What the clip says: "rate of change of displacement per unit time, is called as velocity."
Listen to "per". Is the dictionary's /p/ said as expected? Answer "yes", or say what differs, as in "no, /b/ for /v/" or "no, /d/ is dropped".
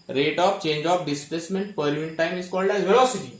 yes